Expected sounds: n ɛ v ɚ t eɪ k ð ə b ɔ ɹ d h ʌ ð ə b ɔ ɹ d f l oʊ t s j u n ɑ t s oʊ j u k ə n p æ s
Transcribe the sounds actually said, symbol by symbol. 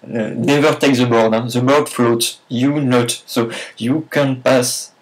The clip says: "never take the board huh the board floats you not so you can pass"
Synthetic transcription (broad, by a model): n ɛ v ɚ t eɪ k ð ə b ɔ ɹ d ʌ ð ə b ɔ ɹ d f l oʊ t j u n ɑ t s oʊ j u k ə n p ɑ s